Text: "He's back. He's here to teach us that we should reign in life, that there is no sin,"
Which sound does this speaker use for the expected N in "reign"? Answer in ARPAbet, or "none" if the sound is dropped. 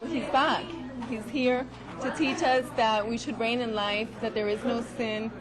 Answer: N